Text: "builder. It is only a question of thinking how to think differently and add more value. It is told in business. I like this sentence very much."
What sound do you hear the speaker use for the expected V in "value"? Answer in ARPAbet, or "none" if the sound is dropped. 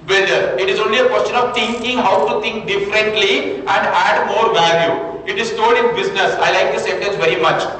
V